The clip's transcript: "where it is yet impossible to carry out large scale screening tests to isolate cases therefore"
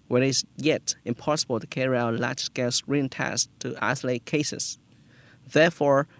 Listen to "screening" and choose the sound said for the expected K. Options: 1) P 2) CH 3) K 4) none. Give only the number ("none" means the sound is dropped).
4